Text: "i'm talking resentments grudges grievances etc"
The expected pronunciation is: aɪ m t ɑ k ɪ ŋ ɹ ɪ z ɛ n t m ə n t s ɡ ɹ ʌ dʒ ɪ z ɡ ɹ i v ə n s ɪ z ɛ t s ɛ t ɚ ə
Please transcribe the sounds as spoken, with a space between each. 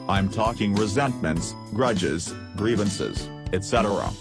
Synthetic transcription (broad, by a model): aɪ m t ɑ k ɪ ŋ ɹ ɪ z ɛ n t m ə n t s ɡ ɹ ʌ dʒ ɪ z ɡ ɹ i v ə n s ɪ z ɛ t s ɛ t ɚ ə